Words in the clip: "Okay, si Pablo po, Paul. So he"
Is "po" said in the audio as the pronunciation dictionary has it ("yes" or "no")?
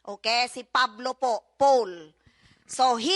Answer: yes